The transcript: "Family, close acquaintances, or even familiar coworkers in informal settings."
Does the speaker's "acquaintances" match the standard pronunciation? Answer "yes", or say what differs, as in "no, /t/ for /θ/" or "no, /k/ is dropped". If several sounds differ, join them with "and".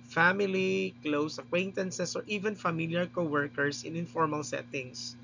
no, /s/ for /z/